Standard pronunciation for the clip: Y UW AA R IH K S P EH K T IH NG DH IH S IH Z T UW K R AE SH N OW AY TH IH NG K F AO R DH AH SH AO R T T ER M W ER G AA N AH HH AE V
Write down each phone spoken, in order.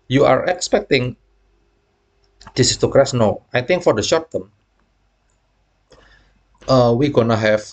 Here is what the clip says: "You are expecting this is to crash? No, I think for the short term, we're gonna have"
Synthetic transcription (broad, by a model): Y UW AA R IH K S P EH K T IH NG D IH S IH S T UW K R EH S N OW AY T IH NG K F AO R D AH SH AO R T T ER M W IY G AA N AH HH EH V